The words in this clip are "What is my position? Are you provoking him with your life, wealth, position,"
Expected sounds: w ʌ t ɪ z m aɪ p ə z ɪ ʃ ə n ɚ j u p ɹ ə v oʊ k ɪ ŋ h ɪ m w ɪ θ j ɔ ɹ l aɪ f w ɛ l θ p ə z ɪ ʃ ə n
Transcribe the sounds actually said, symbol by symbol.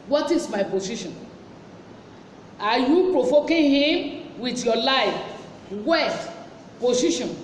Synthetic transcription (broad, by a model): w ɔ t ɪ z m aɪ p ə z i ʃ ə n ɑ j u p ɹ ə f oʊ k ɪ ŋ h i m w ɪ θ j ɔ l aɪ f w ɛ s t p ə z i ʃ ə n